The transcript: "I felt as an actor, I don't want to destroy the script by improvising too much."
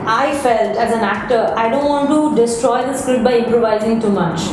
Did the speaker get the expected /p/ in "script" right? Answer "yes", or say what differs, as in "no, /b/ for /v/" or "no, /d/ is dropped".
no, /p/ is dropped